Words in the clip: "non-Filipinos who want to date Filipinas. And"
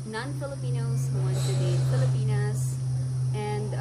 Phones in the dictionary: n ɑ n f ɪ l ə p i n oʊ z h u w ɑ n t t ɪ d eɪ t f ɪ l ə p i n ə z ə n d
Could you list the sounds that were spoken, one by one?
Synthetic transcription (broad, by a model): n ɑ n f ɪ l ə p i n oʊ z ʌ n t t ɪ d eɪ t f ɪ l ə p i n ə z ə n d